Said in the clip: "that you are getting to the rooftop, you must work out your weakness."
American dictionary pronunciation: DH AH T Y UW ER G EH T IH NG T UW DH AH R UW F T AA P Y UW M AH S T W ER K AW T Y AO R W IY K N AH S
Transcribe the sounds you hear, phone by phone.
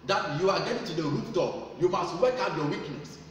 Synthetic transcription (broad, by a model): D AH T Y UW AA G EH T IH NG T UW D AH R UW P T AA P Y UW M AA S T W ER K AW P Y AO W IY K N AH S